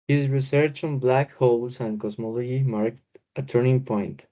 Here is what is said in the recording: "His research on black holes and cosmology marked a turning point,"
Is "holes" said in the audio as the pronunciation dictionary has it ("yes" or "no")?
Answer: no